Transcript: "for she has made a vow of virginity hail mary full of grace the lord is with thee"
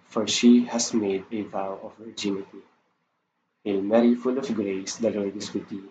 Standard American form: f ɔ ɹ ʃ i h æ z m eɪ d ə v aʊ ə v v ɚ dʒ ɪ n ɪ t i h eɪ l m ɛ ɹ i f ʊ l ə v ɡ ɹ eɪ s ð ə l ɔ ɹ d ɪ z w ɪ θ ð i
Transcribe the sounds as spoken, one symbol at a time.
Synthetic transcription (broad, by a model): f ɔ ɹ ʃ i h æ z m eɪ d ə v aʊ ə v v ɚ dʒ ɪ n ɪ t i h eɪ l m ɛ ɹ i f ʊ l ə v ɡ ɹ eɪ s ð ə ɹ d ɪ s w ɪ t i